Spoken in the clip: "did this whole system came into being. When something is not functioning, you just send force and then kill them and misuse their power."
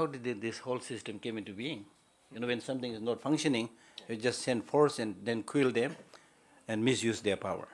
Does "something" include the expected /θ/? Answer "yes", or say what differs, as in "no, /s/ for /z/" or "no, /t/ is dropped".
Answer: no, /t/ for /θ/